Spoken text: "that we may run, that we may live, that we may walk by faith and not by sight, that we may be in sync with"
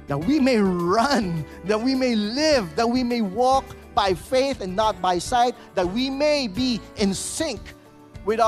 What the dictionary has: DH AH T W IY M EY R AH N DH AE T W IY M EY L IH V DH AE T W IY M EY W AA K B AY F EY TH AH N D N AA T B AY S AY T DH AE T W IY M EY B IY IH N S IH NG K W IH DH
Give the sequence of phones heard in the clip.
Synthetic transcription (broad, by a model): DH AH T W IY M EY R AH N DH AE T W IY M EY L IH V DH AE T W IY M EY W AA K B AY F EY TH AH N N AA T B AY S AY T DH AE T W IY M EY B IY IH N S IH NG K W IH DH